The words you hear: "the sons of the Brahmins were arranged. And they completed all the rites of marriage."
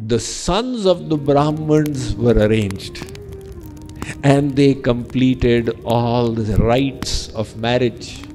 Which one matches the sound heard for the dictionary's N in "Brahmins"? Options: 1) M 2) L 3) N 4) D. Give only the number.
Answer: 3